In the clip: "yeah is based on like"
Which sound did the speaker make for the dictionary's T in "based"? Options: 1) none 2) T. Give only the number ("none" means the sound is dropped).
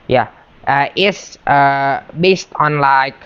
2